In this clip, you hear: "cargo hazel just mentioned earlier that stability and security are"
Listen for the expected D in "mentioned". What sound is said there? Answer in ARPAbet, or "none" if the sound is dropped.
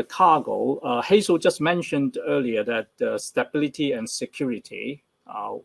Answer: D